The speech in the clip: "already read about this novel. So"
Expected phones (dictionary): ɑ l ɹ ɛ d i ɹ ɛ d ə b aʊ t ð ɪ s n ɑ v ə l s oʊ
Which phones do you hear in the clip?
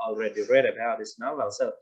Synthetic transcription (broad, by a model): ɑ l ɹ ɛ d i ɹ ɛ d ə b aʊ t ð ɪ s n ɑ ə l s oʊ